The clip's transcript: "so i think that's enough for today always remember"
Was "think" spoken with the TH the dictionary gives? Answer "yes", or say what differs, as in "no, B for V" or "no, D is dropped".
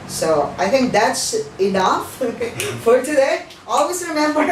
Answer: no, T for TH